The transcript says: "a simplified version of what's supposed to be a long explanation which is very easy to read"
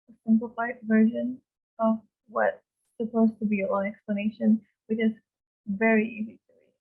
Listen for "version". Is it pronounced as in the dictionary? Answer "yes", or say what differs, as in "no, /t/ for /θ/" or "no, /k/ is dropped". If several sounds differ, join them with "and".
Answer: yes